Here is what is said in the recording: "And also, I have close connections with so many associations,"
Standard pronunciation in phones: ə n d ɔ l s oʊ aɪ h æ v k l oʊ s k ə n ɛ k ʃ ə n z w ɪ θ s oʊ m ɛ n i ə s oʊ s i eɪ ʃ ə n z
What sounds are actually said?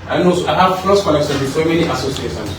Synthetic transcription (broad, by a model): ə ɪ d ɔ n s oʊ aɪ h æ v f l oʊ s k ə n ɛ k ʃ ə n w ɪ s oʊ m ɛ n i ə s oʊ s i eɪ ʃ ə n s